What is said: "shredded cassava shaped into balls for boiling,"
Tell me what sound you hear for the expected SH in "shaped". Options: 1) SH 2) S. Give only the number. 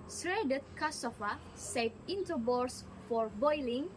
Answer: 2